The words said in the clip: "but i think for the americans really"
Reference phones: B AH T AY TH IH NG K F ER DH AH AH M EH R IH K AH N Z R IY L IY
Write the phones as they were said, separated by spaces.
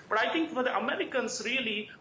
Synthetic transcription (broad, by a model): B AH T AY T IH NG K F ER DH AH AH M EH R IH K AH N S R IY L IY